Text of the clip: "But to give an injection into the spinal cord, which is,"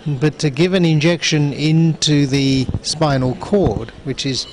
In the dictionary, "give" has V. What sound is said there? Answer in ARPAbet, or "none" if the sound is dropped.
V